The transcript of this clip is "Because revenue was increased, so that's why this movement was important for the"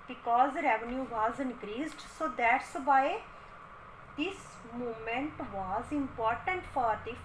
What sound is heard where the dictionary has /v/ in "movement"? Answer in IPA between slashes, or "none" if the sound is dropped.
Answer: none